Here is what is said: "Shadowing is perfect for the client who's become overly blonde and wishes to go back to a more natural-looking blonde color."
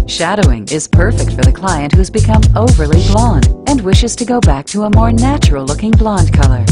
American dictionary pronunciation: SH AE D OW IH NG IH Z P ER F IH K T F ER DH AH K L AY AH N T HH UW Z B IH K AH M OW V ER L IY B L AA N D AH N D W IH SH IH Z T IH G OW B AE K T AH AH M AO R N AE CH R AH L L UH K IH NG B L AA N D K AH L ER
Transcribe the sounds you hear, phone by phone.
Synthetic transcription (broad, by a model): SH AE D OW IH NG IH Z P ER F IH K T F ER DH AH K L AY AH N T HH UW Z B IH K AH M OW V ER L IY B L AA N D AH N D W IH SH IH Z T IH G OW B AE K T AH AH M AO R N AE CH R L L UH K IH NG B L AA N D K AH L ER